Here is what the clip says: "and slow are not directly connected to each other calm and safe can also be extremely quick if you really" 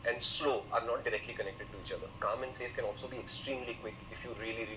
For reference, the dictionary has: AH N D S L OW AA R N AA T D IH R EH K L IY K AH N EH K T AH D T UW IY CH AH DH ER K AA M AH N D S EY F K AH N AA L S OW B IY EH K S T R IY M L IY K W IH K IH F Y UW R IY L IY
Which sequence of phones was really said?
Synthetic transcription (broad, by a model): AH N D S L OW AA R N AA T D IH R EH K L IY K AH N EH K T AH D T UW IY CH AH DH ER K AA M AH N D S EY F K AH N AA L S OW B IY EH K S T R IY M L IY K W IH K IH F Y UW R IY L IY